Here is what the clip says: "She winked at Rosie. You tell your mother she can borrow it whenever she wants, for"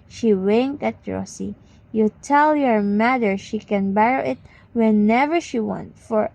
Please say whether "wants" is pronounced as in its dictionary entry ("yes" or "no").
no